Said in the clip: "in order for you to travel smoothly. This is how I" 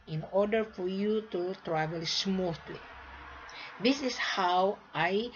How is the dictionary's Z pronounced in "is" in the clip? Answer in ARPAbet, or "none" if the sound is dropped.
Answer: S